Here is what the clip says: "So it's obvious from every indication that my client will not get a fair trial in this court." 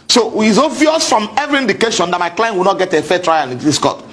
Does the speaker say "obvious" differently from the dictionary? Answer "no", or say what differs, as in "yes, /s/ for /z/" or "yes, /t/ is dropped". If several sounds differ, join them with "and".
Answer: yes, /b/ is dropped